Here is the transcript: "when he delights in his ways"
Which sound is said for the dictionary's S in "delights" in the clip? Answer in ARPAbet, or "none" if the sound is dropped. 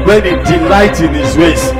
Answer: none